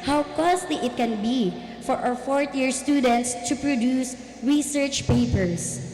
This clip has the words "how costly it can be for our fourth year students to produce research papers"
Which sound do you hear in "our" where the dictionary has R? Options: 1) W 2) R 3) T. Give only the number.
1